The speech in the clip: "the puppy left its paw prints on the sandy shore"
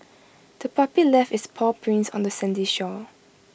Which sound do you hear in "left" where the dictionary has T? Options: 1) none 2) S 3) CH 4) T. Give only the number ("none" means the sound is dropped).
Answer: 1